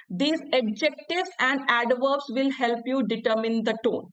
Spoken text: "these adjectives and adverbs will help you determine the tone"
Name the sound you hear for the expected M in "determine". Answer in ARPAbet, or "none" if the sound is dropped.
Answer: M